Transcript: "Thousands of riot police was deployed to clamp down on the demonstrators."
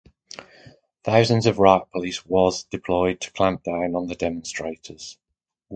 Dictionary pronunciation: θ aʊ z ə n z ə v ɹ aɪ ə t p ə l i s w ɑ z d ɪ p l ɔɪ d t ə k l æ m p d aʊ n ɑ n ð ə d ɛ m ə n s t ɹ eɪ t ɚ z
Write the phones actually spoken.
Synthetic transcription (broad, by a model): θ aʊ z ə n z ə v ɹ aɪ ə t p ə l i s w ɑ z d ɪ p l ɔɪ d t ə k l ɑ m p d aʊ n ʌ n ð ə d ɛ m ə n s t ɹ eɪ t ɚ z